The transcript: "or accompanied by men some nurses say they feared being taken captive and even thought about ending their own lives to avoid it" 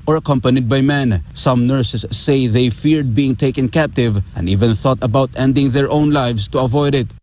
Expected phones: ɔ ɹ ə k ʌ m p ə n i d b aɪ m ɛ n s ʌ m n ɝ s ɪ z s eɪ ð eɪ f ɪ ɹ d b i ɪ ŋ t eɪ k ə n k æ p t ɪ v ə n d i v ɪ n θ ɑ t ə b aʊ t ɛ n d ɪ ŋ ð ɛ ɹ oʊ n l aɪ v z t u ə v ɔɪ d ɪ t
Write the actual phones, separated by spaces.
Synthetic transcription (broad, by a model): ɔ ɹ ə k ʌ m p ə n i d b aɪ m ɛ n s ʌ m n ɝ s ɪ s eɪ ð eɪ f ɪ ɹ d b i ɪ ŋ t eɪ k ə n k æ p t ɪ v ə n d i v ɪ n θ ɑ t ə b aʊ t ɛ n d ɪ ŋ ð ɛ ɹ oʊ n l aɪ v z t u ə v ɔɪ d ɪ t